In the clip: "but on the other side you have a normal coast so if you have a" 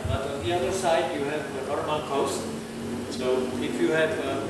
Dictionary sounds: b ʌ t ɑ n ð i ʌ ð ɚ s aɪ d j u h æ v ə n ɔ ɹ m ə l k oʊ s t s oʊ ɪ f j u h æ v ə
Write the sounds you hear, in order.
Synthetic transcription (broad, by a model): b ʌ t ɑ n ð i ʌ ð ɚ s aɪ d j u h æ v ə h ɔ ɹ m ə n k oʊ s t s oʊ ɪ f j u h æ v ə